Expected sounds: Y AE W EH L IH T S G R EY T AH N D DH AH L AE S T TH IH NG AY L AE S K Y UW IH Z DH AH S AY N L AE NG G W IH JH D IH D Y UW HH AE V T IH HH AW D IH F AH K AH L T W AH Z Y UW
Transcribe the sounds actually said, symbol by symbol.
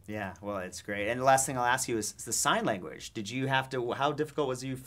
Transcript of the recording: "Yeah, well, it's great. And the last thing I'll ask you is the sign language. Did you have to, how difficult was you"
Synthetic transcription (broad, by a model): Y AE W EH L IH T S G R EY T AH N DH AH L AE S T TH IH NG AY L AE S K Y IH Z DH AH S AY N L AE NG G W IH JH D IH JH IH HH AE F T IH HH AW D IH F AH K L T W AH Z Y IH